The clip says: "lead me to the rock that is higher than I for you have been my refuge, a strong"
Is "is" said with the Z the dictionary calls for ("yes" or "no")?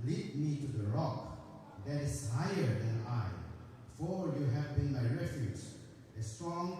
no